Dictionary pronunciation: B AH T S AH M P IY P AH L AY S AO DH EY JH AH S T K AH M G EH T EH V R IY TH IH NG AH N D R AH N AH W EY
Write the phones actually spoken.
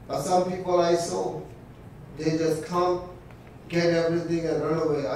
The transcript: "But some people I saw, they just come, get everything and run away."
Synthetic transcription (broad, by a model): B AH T S AH M P IY P AH L AY S AO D EY JH AH S T K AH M G EH T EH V R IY T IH NG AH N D R AH N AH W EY